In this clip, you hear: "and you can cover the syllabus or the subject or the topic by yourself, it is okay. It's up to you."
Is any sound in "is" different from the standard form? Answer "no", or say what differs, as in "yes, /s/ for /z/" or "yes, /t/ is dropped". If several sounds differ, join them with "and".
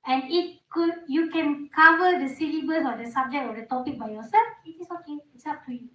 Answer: yes, /s/ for /z/